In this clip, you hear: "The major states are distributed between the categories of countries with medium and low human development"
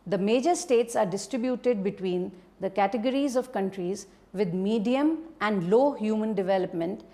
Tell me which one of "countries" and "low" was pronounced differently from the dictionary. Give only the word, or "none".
none